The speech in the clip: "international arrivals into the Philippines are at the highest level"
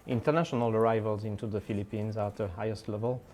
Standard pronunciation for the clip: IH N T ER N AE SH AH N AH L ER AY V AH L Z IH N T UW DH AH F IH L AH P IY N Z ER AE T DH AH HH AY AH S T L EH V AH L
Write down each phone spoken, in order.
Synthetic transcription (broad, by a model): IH N T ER N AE SH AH N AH L ER AY V AH L Z IH N T UW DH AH F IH L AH P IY N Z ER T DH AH HH AY AH S T L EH V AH L